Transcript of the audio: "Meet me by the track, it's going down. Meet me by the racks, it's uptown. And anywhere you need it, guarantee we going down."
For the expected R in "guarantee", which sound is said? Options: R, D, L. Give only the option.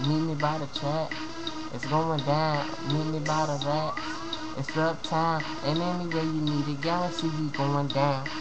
L